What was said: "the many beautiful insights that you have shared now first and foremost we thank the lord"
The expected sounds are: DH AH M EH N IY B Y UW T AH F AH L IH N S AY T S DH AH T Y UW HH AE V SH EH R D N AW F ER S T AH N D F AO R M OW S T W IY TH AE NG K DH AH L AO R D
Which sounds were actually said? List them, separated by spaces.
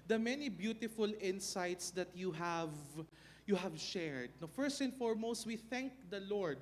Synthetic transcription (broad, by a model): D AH M EH N IY B Y UW T AH F AH L IH N S AY T S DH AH T Y UW HH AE V SH EH R D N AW F ER S T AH N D F AO R M OW S T W IY TH AE NG K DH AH L AO R D